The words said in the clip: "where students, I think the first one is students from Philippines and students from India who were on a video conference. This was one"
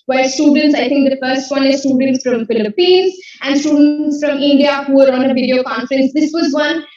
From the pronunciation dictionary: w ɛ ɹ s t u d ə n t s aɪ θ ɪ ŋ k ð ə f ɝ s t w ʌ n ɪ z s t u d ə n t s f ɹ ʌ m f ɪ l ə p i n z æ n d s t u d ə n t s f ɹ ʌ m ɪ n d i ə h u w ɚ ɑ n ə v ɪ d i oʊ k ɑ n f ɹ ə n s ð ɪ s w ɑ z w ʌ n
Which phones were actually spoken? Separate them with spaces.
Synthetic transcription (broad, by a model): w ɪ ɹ s t u d ə n t s aɪ t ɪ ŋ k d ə f ɝ s t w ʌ n ɪ z s t u d ə n t s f ɹ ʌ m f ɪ l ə p i n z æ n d s t u d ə n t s f ɹ ʌ m ɪ n d i ə h u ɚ ɑ n ə v ɪ d i oʊ k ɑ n f ɹ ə n s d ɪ s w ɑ z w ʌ n